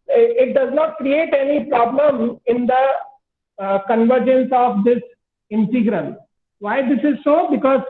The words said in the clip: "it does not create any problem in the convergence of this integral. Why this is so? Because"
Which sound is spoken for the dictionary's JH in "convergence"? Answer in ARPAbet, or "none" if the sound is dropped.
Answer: JH